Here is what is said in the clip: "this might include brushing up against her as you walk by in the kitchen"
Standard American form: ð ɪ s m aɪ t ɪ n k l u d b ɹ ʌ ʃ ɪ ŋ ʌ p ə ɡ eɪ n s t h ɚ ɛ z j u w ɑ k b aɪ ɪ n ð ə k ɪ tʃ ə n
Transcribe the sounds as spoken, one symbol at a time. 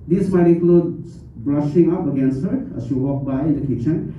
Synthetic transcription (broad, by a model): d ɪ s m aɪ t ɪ k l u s b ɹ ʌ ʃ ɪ ŋ ʌ p ə ɡ eɪ n s t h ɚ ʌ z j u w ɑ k b aɪ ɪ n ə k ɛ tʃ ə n